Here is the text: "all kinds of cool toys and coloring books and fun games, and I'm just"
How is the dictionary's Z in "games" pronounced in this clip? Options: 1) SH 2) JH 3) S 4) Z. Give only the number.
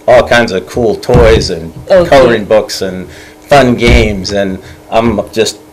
4